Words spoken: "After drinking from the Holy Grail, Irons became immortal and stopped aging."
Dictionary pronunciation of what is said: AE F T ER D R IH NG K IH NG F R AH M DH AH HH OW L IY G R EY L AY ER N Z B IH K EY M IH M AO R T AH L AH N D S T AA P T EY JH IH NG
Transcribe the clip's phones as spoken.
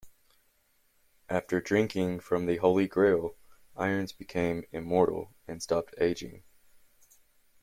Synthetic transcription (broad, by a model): AE F T ER D R IH NG K IH NG F R AH M DH AH HH OW L IY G R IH L AY ER N Z B IH K EY M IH M AO R T L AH N S T AA P T EY JH IH NG